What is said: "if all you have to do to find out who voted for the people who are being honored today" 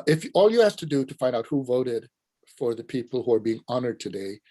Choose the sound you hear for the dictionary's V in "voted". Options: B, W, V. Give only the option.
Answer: V